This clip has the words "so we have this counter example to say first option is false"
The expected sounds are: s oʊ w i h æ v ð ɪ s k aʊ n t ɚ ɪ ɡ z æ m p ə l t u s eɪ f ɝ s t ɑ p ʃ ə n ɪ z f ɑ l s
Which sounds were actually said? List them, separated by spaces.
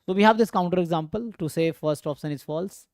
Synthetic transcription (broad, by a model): s oʊ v i h æ v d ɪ s k aʊ n t ɚ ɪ ɡ z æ m p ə l t u s eɪ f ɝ s t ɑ p s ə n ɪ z f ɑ l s